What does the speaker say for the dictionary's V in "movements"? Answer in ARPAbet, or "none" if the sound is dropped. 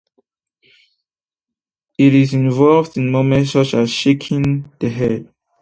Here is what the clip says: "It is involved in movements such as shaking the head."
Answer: none